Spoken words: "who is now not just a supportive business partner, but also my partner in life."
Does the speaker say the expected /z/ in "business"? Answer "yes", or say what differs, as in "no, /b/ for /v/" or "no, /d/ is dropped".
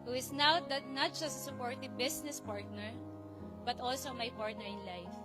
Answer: no, /s/ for /z/